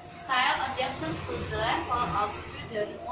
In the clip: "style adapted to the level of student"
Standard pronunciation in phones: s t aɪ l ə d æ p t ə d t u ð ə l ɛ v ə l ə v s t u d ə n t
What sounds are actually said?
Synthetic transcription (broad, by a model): s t aɪ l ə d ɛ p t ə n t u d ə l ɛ p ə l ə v s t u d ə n